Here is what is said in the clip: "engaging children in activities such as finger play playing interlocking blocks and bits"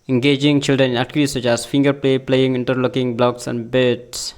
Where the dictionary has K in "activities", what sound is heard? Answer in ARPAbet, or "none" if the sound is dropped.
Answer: none